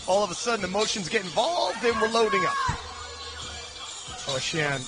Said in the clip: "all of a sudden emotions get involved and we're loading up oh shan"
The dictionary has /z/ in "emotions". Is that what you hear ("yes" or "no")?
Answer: yes